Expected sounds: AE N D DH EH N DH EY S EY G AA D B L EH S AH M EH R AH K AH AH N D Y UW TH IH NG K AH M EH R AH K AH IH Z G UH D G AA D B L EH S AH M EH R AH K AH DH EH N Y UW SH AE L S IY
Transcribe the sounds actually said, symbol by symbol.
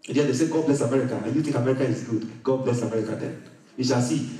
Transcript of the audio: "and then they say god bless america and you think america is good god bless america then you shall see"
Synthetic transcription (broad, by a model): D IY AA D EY S EY G AA D B L EH S AH M EH R AH K AH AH Y UW T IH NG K AH M EH R AH K AH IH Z G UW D G AA D B L EH S AH M EH R AH K AH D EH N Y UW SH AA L S IY